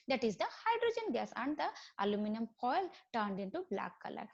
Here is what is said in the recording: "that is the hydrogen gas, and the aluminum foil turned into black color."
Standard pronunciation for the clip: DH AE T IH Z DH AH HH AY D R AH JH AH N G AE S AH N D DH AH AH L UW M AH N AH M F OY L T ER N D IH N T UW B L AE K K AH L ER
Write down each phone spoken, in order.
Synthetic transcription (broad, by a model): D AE T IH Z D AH HH AY D R AH JH AH N G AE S AH N D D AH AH L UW M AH N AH M P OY L T ER N D IH N T UW B L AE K K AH L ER